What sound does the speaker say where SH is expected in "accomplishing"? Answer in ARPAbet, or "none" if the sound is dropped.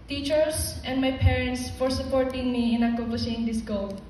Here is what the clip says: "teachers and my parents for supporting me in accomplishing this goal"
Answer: S